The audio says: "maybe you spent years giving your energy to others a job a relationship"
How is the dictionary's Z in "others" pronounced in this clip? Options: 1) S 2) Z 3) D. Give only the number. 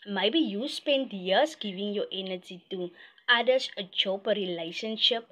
1